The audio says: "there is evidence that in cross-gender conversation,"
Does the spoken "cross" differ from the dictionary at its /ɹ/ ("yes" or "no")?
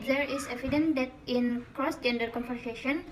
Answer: no